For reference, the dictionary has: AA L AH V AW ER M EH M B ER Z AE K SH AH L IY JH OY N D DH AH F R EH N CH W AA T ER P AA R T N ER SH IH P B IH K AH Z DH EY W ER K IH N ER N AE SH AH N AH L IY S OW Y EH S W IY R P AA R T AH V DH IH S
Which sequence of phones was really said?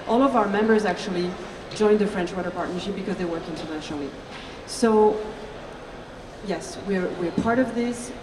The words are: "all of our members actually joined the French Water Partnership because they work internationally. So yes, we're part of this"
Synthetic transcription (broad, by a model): AA L AH V AW ER M EH M B ER Z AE K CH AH L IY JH OY N DH AH F R EH N CH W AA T ER P AA R T N ER SH IH P B IH K AH Z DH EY W ER K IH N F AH AH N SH L IY S OW Y EH S W IY R P AA R T AH V DH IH S